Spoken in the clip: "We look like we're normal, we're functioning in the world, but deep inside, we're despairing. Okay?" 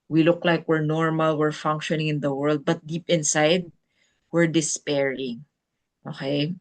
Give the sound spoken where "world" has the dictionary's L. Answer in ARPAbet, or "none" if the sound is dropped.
L